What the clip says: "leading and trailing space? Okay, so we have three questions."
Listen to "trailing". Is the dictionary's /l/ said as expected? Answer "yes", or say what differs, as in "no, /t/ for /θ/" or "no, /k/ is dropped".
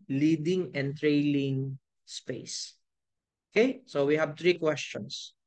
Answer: yes